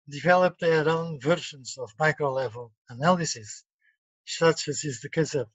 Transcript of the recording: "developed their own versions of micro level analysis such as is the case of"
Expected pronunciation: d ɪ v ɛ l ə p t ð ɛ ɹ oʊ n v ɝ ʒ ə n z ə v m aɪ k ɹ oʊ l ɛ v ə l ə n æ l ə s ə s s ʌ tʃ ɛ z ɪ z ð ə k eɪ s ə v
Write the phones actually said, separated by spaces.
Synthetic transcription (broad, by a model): d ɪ v ɛ l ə p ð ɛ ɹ oʊ n v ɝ ʃ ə n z ə v m aɪ k ɹ oʊ l ɛ v ə l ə n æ l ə s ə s s ʌ tʃ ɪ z ɪ z ð ə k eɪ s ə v